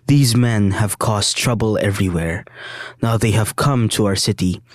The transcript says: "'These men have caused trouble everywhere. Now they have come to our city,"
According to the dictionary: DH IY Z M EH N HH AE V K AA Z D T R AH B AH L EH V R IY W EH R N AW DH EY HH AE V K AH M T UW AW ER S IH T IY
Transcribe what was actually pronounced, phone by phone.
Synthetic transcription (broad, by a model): DH IY Z M EH N HH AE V K AA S T R AH B AH L EH V R IY W EH R N AW DH EY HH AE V K AH M T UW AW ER S IH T IY